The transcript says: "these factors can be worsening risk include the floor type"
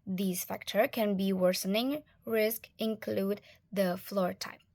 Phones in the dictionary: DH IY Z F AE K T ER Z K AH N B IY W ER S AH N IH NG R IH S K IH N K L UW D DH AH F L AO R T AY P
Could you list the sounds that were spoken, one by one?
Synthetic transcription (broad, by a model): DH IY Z F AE K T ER K AH N B IY W ER S AH N IH NG R IH S K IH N K L UW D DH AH F L AO R T AY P